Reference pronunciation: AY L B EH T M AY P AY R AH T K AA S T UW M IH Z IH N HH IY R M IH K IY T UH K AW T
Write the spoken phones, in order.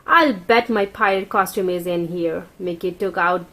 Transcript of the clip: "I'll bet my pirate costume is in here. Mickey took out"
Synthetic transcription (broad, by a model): AY L B EH T M AY P AY AH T K AA S T UW M IH Z IH N HH IY R M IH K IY T UH K AW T